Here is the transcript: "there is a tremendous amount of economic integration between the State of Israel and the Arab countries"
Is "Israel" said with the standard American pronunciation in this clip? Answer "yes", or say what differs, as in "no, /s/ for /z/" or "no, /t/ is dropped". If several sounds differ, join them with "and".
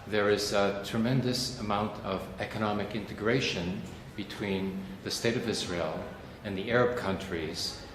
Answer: yes